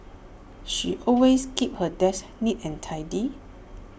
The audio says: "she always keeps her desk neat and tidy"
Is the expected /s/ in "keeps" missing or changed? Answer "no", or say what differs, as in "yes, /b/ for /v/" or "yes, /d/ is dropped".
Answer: yes, /s/ is dropped